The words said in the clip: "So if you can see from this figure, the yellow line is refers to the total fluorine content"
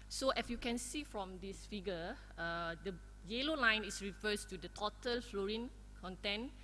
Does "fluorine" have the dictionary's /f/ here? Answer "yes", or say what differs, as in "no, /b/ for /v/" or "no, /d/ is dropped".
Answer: yes